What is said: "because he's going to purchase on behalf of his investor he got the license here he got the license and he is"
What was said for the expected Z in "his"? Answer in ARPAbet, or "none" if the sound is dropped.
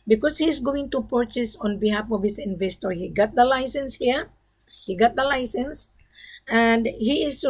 S